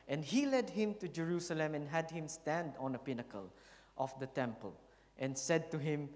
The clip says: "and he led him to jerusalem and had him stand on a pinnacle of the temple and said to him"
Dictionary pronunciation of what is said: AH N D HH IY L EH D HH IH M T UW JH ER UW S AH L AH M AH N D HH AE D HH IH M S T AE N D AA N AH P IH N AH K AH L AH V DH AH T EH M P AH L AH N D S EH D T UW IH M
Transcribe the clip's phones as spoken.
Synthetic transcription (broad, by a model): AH N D HH IY L EH D HH IH M T UW JH ER UW S AH L AH M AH N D HH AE D HH IH M S T AE N D AA N AH P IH N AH K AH L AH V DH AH T EH M P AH L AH N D S EH D T UW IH M